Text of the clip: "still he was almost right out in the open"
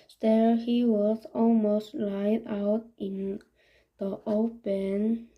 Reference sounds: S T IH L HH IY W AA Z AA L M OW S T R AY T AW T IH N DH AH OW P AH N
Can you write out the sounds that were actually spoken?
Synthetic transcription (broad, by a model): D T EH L HH IY W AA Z AA L M OW S T L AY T AW T IH N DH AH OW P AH N